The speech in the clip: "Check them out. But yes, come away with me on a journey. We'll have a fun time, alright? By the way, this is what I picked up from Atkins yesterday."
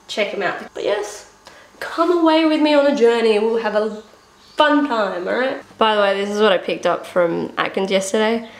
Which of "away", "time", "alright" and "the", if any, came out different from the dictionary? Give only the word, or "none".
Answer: alright